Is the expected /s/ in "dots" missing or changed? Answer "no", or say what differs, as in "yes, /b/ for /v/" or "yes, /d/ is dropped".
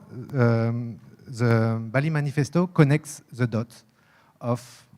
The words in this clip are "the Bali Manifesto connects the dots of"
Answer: yes, /s/ is dropped